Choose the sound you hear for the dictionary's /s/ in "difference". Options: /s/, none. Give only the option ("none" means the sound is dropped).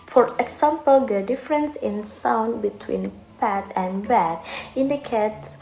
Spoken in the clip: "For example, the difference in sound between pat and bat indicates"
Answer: /s/